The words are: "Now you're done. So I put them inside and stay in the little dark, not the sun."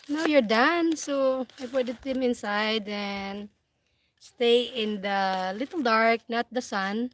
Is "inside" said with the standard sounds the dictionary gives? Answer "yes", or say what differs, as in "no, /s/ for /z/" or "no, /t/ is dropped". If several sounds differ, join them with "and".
yes